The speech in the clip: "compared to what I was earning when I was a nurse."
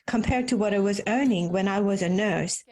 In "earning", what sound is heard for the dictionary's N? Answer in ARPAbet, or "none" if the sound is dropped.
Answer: N